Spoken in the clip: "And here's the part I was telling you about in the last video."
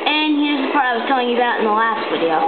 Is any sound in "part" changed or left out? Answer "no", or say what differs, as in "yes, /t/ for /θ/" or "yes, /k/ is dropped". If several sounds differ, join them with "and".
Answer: yes, /t/ is dropped